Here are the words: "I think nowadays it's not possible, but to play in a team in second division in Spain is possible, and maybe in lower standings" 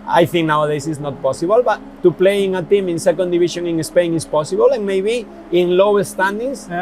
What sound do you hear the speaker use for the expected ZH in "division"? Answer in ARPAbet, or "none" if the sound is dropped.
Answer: SH